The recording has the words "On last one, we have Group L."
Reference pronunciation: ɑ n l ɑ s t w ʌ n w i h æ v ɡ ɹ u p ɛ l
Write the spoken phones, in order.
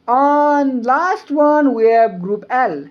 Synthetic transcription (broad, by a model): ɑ n l ɑ s t w ʌ n w i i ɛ b ɡ ɹ u p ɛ l